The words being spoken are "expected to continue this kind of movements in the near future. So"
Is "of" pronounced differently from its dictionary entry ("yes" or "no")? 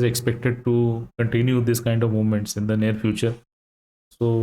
no